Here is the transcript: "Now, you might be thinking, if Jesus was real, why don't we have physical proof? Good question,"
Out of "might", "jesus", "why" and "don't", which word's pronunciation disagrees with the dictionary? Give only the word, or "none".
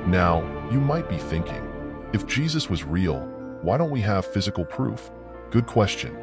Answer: none